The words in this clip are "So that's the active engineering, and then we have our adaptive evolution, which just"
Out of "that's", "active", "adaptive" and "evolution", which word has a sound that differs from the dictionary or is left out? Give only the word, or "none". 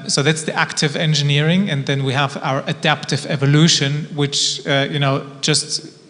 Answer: none